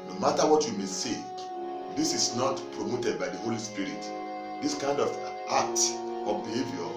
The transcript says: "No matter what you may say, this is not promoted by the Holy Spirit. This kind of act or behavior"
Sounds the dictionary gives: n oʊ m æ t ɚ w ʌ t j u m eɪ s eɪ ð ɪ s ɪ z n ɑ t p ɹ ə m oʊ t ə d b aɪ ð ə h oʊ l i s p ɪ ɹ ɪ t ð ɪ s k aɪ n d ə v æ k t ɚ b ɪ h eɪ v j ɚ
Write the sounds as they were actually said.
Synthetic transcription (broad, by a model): n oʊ m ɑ t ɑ w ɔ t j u m eɪ s eɪ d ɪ s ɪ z n ɑ t p ɹ ə m oʊ t ə d b aɪ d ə h oʊ l i s p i ɹ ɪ t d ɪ s k aɪ n d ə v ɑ t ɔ b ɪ h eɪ v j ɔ